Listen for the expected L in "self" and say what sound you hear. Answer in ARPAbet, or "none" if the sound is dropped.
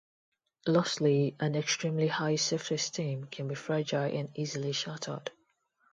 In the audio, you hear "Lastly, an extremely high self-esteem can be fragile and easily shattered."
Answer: none